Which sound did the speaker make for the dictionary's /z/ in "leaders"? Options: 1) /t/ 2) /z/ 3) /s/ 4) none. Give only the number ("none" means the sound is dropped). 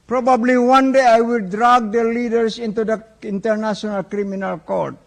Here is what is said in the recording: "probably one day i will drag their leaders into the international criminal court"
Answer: 3